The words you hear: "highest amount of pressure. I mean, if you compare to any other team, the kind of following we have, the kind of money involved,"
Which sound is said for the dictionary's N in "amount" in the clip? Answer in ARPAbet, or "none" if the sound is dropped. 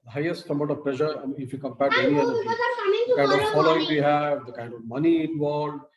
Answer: none